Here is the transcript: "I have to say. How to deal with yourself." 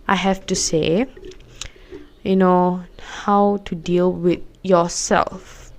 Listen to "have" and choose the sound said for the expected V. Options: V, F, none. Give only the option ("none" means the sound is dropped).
F